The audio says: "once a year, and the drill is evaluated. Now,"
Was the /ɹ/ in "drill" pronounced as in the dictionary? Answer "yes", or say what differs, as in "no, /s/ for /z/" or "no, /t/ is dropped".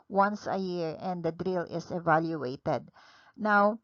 yes